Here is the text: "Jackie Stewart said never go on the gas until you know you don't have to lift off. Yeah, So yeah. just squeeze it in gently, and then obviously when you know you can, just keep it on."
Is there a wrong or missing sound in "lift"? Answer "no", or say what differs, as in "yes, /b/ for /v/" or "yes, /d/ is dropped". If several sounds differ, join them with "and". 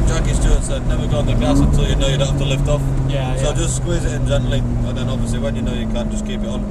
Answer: no